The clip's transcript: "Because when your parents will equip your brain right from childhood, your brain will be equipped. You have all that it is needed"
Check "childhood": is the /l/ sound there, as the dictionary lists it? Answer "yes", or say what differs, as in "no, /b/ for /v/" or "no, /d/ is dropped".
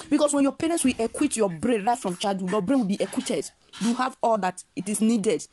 no, /l/ is dropped